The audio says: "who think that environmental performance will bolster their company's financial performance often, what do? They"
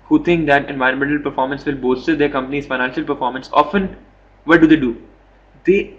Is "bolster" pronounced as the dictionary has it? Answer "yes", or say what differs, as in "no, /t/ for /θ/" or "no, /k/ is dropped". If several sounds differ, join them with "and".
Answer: no, /l/ is dropped